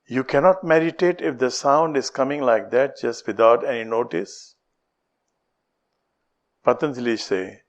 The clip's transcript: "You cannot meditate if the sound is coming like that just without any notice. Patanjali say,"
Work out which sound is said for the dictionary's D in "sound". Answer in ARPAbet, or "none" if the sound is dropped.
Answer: D